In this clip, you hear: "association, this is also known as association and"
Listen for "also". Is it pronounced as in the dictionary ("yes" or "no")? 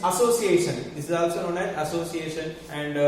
yes